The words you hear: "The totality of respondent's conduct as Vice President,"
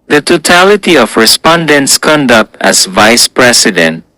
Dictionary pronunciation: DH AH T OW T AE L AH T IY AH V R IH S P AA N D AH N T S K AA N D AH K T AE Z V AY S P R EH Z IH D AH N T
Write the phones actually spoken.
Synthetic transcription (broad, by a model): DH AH T OW T AE L AH T IY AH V R IH S P AA N D AH N T S K AA N D AH K T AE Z V AY S P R EH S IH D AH N T